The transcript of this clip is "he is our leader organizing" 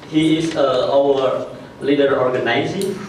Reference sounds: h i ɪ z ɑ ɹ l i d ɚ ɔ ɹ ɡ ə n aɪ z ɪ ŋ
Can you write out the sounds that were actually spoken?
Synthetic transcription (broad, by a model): h i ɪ s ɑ w l i d ɚ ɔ ɹ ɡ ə n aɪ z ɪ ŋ